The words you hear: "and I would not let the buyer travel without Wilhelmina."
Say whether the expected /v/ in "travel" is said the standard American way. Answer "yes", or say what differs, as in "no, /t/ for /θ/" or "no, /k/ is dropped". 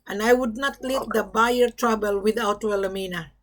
no, /b/ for /v/